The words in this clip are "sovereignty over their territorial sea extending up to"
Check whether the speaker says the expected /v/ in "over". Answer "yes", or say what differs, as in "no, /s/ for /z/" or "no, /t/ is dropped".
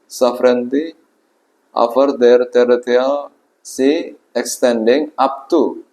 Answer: no, /f/ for /v/